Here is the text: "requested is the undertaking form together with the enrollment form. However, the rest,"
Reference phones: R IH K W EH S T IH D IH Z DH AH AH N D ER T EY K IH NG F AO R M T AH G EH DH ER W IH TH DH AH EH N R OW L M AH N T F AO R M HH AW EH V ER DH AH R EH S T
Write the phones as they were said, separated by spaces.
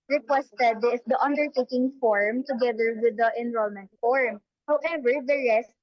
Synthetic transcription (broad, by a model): R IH K W EH S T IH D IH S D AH AH N D ER T EY K IH NG F AO R M T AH G EH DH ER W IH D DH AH EH N R OW L M AH N T F AO R M HH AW EH V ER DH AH R EH S T